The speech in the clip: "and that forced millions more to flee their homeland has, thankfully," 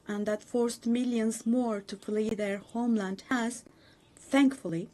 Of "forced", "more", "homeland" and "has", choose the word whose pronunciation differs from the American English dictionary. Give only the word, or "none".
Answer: none